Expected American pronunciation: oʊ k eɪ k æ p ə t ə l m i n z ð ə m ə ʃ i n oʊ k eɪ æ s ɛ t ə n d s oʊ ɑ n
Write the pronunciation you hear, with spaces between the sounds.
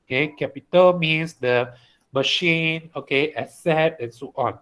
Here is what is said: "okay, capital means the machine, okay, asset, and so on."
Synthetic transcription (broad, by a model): k eɪ k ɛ p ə t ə l m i n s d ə m ə ʃ i n oʊ k eɪ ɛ s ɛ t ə n s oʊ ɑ n